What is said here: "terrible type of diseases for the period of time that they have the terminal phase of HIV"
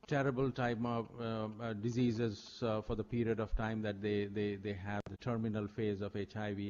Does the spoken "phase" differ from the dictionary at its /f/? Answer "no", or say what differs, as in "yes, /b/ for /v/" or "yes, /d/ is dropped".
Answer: no